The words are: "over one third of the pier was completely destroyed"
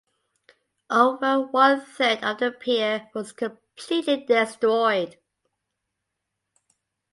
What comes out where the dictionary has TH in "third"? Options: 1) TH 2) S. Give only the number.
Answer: 2